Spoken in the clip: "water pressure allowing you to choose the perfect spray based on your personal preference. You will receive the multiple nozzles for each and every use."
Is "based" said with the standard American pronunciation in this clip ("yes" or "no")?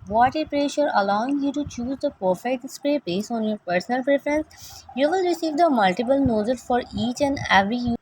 no